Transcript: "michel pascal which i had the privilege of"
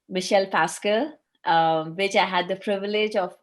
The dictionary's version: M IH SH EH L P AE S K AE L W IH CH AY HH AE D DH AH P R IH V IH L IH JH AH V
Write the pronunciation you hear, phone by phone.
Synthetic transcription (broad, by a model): M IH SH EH L P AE S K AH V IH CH AY HH AE D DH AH P R IH V IH L IH JH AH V